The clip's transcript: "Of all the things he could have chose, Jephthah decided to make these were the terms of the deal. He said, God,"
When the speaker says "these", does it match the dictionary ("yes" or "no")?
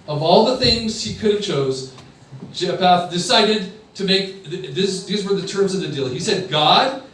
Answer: yes